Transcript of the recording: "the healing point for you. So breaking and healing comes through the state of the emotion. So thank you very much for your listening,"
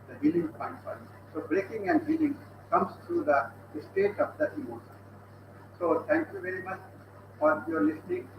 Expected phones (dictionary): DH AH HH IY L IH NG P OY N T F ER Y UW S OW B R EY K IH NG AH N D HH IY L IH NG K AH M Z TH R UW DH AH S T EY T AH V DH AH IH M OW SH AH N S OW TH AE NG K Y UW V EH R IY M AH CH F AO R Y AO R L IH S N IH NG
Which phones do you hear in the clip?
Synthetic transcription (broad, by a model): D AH HH IY L IH NG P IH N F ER S OW B R EY K IH NG AH N D HH IY L IH NG K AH M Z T R UW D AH S T EY T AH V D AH IH M OW SH AH N S OW T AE NG K Y UW V EH R IY M AH CH F AO R Y AO R L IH S N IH NG